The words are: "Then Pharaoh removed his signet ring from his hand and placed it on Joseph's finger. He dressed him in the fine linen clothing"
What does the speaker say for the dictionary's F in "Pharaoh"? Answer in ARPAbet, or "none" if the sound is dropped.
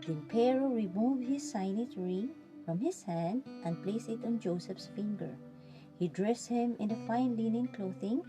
P